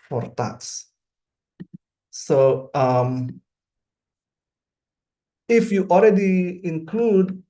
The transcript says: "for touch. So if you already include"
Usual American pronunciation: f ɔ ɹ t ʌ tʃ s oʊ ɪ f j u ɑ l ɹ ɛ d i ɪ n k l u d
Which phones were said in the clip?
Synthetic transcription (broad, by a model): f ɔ ɹ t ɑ s s oʊ ɪ f j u ɑ l ɹ ɛ d i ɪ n k l u d